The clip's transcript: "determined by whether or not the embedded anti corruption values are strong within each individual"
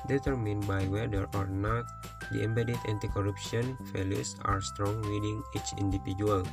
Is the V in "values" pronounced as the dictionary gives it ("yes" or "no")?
no